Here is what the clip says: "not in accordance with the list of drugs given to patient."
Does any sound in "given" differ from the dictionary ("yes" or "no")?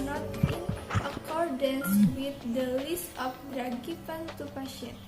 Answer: yes